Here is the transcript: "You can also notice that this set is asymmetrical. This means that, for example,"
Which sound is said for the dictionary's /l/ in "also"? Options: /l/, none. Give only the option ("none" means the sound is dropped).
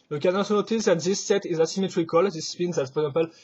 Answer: none